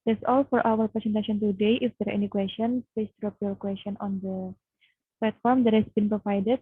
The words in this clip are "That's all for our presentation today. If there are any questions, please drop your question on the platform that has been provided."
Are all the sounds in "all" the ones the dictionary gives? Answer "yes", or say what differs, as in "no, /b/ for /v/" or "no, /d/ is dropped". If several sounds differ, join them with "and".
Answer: yes